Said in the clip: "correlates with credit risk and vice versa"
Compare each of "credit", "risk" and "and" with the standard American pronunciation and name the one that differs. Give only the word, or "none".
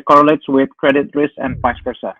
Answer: risk